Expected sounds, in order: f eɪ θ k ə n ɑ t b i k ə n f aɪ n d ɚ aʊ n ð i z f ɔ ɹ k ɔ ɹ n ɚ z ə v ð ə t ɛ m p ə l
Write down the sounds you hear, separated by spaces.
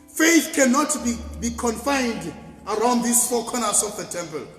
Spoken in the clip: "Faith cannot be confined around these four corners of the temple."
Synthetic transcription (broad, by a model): f eɪ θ k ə n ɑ t b i k ə n f aɪ n d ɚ aʊ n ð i s f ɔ k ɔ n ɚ s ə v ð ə t ɛ m p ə l